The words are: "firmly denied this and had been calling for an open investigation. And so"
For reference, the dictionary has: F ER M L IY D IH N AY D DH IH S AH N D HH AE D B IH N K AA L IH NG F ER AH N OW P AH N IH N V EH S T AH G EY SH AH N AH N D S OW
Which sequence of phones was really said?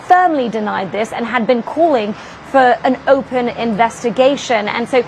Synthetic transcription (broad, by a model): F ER M L IY D IH N AY D DH IH S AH N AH D B IH N K AA L IH NG F ER AH N OW P AH N IH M V EH S T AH G EY SH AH N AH N S OW